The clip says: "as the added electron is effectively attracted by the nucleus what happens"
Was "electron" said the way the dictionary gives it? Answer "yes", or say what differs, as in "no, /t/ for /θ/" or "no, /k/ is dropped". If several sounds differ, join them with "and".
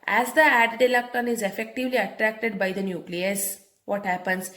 no, /ɹ/ is dropped